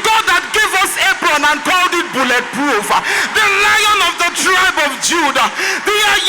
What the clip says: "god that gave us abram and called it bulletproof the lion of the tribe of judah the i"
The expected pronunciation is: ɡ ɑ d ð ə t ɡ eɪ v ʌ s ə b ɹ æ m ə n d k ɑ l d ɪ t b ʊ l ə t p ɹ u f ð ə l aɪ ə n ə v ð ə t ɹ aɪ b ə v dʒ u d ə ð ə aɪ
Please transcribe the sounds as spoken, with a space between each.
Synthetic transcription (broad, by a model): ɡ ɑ d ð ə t ɡ eɪ v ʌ s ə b ɹ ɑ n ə n k ɑ l d ɪ t b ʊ l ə t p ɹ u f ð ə l aɪ ə n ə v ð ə t ɹ aɪ b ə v dʒ u d ə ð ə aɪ